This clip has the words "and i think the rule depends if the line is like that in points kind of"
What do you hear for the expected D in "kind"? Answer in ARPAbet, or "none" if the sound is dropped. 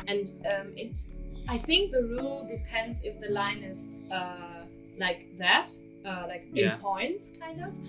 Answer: D